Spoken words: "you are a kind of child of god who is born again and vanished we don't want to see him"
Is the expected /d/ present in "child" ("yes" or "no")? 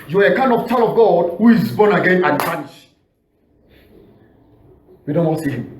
no